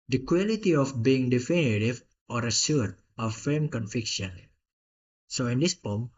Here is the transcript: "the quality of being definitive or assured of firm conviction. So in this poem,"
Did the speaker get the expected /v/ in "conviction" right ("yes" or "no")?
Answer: no